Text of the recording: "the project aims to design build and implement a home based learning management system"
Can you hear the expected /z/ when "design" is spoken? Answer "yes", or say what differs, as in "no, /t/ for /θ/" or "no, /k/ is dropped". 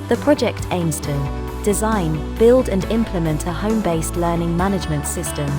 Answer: yes